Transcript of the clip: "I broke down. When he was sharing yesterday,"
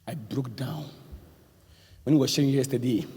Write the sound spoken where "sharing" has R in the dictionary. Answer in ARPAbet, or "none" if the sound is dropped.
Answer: none